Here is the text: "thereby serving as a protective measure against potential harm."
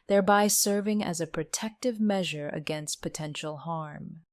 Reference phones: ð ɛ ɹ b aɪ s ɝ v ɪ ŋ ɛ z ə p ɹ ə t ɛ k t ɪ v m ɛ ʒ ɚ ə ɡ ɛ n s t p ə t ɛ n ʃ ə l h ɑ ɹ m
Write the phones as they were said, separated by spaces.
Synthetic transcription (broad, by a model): ð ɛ ɹ b aɪ s ɝ v ɪ ŋ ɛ z ə p ɹ ə t ɛ k t ɪ v m ɛ ʒ ɚ ə ɡ ɛ n s t p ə t ɛ n ʃ l h ɑ ɹ m